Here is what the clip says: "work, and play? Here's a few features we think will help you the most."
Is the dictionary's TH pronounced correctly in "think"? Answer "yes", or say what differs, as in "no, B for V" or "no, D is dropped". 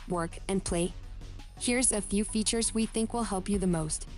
yes